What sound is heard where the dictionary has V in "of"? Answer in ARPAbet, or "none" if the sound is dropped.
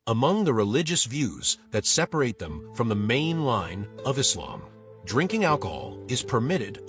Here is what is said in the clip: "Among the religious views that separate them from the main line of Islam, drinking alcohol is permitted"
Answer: V